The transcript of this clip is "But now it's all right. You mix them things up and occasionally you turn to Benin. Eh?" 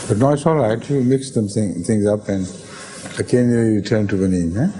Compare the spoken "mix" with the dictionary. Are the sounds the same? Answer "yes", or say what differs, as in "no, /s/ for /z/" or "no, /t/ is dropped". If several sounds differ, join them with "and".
yes